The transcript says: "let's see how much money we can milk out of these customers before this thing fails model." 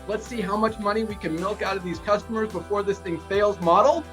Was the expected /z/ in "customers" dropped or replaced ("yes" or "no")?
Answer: no